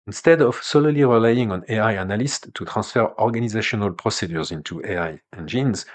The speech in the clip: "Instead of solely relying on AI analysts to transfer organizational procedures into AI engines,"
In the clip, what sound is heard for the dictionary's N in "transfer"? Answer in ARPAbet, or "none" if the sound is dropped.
none